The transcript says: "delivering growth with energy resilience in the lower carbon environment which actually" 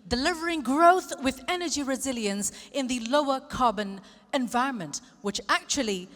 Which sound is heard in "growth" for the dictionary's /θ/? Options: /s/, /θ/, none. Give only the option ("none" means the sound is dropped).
/θ/